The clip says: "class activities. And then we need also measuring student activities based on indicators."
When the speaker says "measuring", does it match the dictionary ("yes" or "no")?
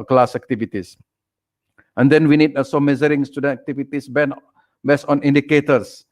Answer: no